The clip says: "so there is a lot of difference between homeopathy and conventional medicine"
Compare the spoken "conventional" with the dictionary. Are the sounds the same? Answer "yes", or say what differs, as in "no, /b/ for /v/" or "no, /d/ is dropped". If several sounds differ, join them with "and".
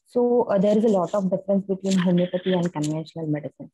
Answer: no, /v/ is dropped and /n/ is dropped